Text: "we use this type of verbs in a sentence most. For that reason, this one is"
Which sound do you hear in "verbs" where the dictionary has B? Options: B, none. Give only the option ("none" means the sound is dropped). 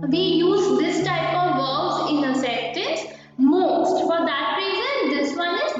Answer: none